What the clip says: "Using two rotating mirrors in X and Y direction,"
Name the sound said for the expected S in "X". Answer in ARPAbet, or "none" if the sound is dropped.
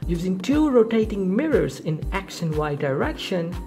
SH